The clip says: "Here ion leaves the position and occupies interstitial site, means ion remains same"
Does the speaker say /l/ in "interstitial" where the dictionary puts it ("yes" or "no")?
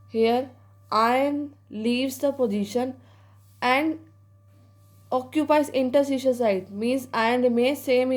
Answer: no